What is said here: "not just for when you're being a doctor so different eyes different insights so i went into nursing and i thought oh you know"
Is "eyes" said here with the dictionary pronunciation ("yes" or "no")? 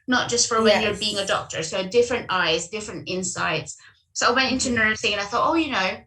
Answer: yes